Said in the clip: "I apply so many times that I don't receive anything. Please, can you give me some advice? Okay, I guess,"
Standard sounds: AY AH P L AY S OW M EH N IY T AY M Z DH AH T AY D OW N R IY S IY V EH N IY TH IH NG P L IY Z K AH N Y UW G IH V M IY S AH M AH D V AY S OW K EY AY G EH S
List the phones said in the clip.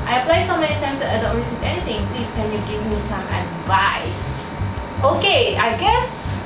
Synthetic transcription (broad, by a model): AY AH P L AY S OW M EH N IY T AY M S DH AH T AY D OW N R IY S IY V EH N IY T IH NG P L IY S K AH N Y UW G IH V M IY S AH M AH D V AY S OW K EY AY G EH S